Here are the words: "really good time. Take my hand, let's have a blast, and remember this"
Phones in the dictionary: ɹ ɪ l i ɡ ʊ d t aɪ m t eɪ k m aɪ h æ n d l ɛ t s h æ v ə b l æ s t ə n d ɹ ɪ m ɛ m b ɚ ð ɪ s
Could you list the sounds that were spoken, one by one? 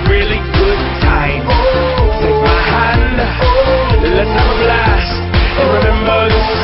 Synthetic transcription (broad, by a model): ɹ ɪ l i ɡ ʊ d t aɪ m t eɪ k m aɪ h æ n d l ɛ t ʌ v ə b l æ s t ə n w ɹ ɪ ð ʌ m ɚ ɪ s